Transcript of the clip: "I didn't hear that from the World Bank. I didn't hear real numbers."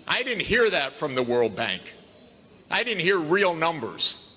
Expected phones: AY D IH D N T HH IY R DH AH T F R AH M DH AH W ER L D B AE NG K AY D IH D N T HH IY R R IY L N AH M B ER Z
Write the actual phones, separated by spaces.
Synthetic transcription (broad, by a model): AY D IH D N T HH IY R DH AH T F R AH M DH AH W ER L D B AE NG K AY D IH D N T HH IY R R IY L N AH M B ER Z